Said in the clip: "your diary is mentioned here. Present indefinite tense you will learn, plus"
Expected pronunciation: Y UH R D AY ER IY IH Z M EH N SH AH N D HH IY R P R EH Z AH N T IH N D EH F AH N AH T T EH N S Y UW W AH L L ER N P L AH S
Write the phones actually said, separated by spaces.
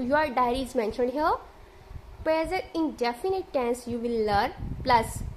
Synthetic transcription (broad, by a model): Y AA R D AY ER IY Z M EH N SH AH N D HH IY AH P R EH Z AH T IH N D EH F AH N AH T T EH N S Y UW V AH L L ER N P L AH S